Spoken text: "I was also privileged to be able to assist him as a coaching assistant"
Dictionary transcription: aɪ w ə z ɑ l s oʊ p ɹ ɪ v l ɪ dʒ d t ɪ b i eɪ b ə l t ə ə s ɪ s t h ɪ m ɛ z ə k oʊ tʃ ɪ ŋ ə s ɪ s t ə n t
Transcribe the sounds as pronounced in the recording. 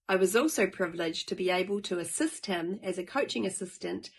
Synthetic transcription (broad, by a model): aɪ w ə z ɑ l s oʊ p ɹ ɪ v l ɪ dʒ t ɪ b i eɪ b ə l t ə ə s ɪ s t h ɪ m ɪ z ə k oʊ tʃ ɪ ŋ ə s ɪ s t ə n t